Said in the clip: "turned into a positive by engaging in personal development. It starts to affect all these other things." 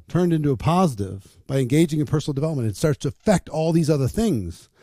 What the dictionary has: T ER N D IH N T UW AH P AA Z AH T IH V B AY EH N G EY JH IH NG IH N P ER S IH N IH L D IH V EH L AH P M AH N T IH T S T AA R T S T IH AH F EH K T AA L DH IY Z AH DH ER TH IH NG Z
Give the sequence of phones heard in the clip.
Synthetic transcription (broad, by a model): T ER N D IH N T UW AH P AA Z AH T IH V B AY EH N G EY JH IH NG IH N P ER S N L D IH V EH L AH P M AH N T IH T S T AA R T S T IH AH F EH K T AA L DH IY Z AH DH ER TH IH NG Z